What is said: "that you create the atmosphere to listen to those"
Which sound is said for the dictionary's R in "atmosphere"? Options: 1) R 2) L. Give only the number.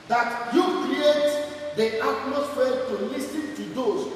2